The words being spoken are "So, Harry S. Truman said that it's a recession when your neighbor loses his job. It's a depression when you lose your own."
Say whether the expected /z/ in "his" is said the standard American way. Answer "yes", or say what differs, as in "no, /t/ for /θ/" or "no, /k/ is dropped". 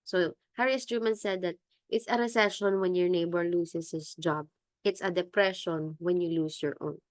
no, /s/ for /z/